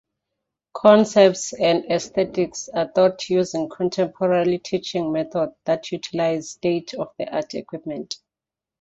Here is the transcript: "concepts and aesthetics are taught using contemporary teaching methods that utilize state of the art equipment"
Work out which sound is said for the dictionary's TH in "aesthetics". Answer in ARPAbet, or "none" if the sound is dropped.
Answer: T